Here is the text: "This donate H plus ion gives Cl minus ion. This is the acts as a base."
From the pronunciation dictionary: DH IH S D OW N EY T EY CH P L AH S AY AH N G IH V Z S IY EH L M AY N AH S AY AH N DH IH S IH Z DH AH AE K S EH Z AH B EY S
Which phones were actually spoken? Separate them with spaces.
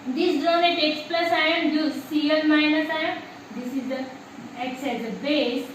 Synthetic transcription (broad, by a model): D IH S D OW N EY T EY S P L AH S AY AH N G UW Z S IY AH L M AY N AH S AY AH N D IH S IH Z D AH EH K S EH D AH B EY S